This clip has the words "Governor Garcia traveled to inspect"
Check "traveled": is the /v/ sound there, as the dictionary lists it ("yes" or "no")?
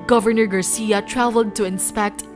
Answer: yes